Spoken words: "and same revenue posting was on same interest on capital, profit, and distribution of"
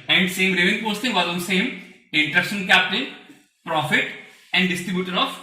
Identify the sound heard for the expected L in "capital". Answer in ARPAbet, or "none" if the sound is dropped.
N